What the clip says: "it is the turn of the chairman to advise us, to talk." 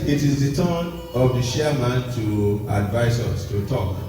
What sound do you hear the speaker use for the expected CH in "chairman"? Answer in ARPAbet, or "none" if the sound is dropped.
SH